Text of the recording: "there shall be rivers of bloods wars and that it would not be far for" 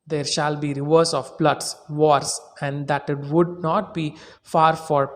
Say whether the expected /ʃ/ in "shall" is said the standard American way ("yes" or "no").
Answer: yes